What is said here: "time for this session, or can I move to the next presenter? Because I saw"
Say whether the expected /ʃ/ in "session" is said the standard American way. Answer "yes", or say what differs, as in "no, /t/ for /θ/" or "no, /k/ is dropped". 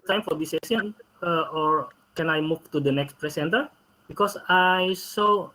no, /ʃ/ is dropped